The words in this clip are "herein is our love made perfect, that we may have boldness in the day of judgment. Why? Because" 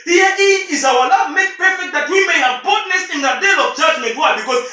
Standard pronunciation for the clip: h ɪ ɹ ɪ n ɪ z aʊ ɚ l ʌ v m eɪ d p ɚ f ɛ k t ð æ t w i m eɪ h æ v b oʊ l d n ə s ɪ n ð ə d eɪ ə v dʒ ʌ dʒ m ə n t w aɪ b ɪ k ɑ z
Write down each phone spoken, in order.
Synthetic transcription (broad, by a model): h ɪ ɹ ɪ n ɪ z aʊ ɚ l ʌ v m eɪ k p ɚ f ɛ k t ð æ t w i m eɪ h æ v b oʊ d n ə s ɪ n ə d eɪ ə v dʒ ʌ dʒ m ə n t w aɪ b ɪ k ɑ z